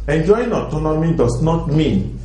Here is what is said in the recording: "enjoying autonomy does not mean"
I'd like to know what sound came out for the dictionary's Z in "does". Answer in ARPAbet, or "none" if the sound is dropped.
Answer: S